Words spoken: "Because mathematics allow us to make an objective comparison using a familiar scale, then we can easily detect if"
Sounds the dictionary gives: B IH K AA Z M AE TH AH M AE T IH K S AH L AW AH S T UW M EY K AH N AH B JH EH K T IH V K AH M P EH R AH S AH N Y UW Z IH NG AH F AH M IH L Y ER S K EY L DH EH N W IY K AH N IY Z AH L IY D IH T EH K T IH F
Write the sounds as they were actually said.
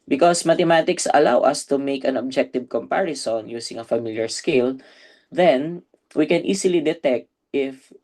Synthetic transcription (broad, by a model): B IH K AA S M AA T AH M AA T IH K S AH L AW AH S T UW M EY K AH N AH B JH EH K T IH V K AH M P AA R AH S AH N Y UW S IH NG AH F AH M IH L Y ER S K EY L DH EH N W IY K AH N IY S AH L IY D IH T EH K T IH F